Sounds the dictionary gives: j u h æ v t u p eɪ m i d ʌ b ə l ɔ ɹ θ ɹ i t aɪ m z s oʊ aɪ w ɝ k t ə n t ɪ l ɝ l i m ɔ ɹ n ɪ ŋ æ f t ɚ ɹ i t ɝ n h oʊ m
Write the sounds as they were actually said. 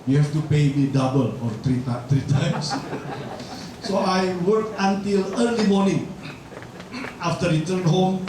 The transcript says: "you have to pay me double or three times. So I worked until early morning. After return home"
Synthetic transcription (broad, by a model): j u h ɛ f t u p eɪ m i d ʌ b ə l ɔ ɹ t ɹ i t aɪ m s s oʊ aɪ w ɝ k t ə n t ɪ l ɝ l i m ɔ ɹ n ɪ ŋ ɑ f t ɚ ɹ i t ɝ n h oʊ m